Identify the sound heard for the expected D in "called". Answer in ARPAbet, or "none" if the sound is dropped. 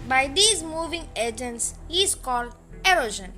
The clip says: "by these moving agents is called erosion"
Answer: D